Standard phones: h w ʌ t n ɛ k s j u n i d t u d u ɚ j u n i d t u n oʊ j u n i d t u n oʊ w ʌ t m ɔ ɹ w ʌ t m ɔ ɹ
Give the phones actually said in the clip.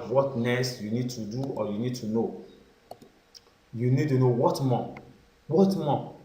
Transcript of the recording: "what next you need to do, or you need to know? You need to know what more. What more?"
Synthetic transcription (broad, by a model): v w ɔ t n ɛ s j u n i d t u d u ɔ j u n i d t u n oʊ j u n i d t u n oʊ w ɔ t m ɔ w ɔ t m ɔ